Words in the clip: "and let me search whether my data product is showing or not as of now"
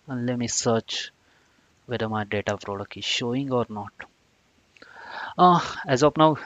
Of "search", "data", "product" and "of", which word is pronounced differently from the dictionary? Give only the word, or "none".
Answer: of